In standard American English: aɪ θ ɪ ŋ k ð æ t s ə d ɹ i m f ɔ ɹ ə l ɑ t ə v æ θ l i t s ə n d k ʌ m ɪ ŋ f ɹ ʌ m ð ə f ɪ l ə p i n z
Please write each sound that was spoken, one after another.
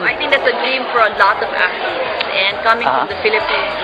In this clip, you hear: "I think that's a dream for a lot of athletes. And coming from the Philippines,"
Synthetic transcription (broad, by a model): aɪ t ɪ ŋ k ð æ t s ə d ɹ i m f ɔ ɹ ə l ɑ t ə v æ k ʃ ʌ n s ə n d k ʌ m ɪ ŋ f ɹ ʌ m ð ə f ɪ l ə p i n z